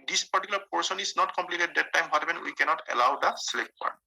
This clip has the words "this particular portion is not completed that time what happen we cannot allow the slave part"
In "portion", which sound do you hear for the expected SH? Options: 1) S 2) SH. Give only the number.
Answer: 1